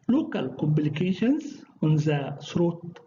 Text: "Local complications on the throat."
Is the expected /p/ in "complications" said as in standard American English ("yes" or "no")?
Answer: no